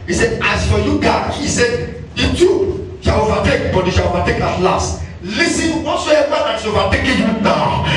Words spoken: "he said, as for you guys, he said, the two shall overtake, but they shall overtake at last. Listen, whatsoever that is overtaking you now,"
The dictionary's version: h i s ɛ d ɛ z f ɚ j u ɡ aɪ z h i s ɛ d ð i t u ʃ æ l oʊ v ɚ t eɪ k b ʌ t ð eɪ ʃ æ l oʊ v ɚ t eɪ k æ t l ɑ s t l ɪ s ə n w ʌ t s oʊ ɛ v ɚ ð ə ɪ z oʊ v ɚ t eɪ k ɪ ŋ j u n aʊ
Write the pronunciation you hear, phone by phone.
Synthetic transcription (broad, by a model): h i s ɛ d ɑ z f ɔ j u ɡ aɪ h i s ɛ d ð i t u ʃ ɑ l oʊ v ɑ t eɪ k b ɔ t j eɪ ʃ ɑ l oʊ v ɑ t eɪ k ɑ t l ɑ s t l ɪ s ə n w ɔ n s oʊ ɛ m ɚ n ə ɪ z oʊ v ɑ t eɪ k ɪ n j u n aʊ